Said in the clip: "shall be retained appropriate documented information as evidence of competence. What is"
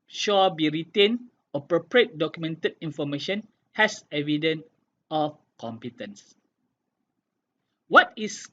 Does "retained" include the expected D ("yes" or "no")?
no